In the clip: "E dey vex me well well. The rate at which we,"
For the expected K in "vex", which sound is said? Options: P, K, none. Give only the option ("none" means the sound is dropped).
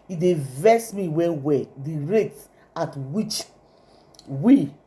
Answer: none